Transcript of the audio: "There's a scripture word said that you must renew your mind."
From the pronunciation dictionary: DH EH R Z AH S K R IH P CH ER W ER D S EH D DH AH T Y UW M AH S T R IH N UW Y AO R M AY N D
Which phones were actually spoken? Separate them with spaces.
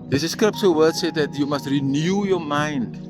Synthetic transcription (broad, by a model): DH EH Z AH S K R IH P S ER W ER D S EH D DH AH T Y UW M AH S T R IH N UW Y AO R M AY N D